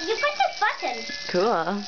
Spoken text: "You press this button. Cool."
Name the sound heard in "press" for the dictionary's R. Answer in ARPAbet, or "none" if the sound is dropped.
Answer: none